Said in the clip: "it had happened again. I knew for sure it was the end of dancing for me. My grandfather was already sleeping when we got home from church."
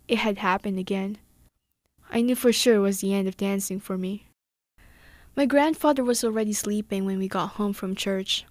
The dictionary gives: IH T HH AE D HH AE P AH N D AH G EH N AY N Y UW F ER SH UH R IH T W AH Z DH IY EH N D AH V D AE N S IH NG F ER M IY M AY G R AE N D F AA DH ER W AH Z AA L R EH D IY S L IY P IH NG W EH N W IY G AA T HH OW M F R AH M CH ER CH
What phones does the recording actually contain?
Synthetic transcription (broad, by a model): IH T HH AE D HH AE P AH N D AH G EH N AY N Y UW F ER SH UH R IH T W AH Z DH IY EH N D AH V D AE N S IH NG F ER M IY M AY G R AE N D F AA DH ER W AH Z AA L R EH D IY S L IY P IH NG W EH N W IY G AA T HH OW M F R AH M CH ER CH